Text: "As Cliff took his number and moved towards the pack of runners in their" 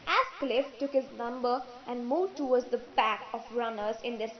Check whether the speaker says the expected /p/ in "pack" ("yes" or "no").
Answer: no